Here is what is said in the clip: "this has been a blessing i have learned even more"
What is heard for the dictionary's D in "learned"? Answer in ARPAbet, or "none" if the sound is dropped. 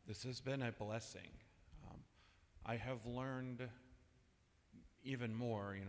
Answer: D